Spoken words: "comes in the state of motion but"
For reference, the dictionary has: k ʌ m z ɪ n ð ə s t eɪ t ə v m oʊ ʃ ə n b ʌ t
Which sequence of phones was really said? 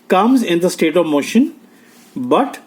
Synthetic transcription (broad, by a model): k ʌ m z ɪ n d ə s t eɪ t ə v m oʊ ʃ ə n b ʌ t